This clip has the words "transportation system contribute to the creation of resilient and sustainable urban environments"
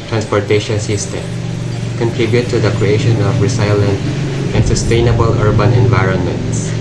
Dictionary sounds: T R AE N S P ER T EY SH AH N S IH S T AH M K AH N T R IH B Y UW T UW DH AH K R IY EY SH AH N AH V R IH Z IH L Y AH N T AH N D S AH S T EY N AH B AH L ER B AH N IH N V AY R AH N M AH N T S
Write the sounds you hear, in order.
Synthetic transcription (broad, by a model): T R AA N S P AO T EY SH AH N S IH S T AH M K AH N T R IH B Y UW T UW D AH K R IY EY SH AH N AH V R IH S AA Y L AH N T AH N D S AH S T EY N AH B AH L ER B AH N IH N V AY R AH N M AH N T S